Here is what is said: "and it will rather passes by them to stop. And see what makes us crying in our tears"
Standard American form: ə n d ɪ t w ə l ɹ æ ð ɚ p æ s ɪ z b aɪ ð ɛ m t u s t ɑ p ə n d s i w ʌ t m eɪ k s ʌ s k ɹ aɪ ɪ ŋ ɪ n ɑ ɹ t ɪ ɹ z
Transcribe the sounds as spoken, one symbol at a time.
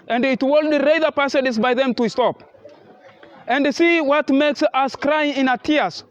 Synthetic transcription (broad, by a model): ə n d ɪ t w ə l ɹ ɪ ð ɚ p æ s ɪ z b aɪ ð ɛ m t u s t ɑ p ə n d s i w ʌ t m eɪ k s ʌ s k ɹ aɪ ɪ ŋ ɪ n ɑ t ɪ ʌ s